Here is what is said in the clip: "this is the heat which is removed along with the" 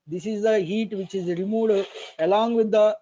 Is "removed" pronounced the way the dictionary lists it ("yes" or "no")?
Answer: no